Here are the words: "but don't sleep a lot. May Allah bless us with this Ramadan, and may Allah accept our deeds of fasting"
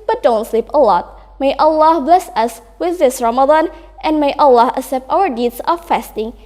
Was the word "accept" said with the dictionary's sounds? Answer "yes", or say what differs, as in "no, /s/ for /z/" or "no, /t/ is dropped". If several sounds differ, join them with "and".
no, /k/ is dropped